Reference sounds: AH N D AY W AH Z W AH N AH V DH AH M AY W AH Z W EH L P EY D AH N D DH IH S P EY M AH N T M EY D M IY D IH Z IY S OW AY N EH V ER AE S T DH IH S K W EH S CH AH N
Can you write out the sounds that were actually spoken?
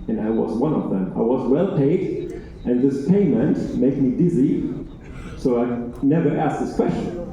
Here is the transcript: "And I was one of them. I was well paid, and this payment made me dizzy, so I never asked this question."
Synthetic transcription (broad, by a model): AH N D AY W AH Z W AH N AH V DH AH M AY W AH Z W EH L P EY D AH N DH IH S P EY M AH N T M EY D M IY D IH Z IY S OW AY N EH V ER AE S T DH IH S K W EH S CH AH N